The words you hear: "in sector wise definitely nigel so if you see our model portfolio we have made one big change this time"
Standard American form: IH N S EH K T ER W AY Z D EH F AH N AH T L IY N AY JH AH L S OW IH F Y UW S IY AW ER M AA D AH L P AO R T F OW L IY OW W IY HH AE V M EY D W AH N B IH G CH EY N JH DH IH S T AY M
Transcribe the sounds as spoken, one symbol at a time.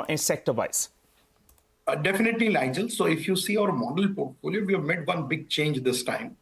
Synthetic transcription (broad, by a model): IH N S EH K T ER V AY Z D EH F AH N AH T L IY L AY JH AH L S OW IH F Y UW S IY AW ER M AA D AH L P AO R T F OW L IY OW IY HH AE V M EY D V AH N B IH G CH EY N JH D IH S T AY M